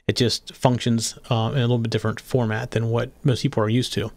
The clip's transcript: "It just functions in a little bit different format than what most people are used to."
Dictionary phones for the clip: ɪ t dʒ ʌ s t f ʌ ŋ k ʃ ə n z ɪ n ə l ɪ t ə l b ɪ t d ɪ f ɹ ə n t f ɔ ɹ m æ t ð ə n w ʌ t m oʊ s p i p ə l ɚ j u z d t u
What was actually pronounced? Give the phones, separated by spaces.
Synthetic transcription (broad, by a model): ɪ t dʒ ʌ s t f ʌ ŋ k ʃ ə n z ɪ n ə l ɪ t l b ɪ t d ɪ f ɹ ə n t f ɔ ɹ m æ t ð ə n w ʌ t m oʊ s p i p l ɚ j u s t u